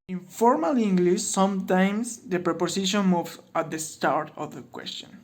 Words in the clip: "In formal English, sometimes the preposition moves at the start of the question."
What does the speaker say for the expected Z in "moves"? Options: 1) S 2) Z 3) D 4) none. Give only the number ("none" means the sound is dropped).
4